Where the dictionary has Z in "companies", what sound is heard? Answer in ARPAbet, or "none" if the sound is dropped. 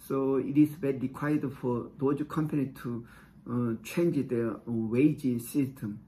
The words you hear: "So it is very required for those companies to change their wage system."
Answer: none